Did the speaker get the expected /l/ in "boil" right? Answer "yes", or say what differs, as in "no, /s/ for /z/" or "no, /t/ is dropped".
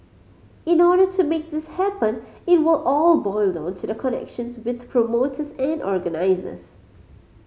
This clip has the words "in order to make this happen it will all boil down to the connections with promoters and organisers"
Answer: yes